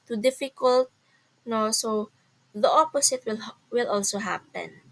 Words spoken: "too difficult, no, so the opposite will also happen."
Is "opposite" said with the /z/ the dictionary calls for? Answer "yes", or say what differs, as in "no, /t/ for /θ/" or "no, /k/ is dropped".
no, /s/ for /z/